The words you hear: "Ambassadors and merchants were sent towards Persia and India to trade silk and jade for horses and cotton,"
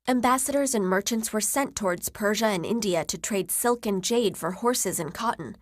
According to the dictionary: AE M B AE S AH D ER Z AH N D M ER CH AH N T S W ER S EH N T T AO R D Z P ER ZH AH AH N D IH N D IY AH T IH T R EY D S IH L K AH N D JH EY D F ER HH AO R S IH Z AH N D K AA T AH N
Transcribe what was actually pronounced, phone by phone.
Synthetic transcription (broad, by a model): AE M B AE S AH D ER Z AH N M ER CH AH N T S W ER S EH N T T AO R D Z P ER ZH AH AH N IH N D IY AH T IH T R EY D S IH L K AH N JH EY D F ER HH AO R S IH Z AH N K AA T N